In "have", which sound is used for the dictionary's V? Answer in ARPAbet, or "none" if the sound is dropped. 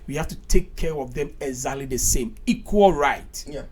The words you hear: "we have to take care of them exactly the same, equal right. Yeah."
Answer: F